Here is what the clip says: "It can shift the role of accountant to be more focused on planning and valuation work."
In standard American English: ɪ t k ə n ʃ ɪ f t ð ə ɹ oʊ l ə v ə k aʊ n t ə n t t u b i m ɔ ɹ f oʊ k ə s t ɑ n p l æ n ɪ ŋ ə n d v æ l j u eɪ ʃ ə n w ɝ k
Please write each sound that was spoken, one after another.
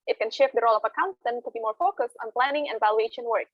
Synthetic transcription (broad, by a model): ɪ t k ə n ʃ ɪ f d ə ɹ oʊ l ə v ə k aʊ n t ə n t t u b i m ɔ ɹ f oʊ k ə s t ɑ n p l æ n ɪ ŋ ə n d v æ l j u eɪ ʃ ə n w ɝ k